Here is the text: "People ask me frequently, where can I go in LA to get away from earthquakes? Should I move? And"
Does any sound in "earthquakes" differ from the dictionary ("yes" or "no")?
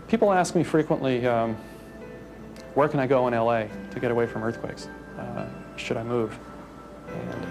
no